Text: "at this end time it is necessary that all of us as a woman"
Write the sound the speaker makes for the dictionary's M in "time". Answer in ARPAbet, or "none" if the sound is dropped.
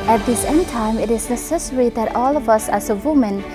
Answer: M